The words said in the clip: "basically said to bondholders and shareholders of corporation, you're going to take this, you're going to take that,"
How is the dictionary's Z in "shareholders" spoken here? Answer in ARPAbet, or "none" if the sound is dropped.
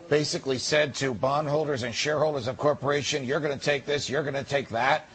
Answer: Z